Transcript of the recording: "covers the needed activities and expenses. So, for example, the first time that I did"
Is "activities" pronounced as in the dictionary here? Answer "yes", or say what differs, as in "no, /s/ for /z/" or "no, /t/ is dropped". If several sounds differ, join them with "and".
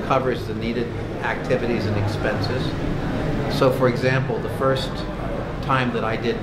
yes